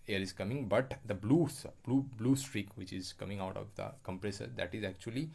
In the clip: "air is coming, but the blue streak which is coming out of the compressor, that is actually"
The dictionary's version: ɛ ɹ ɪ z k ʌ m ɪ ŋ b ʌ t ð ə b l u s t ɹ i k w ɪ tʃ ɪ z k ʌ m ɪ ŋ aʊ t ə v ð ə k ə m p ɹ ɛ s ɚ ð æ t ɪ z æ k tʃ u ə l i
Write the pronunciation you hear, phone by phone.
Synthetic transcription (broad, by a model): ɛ ɹ ɪ z k ʌ m ɪ ŋ b ʌ t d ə b l u s t ɹ i k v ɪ tʃ ɪ z k ʌ m ɪ ŋ aʊ t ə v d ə k ə m p ɹ ɛ s ɚ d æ t ɪ z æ k tʃ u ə l i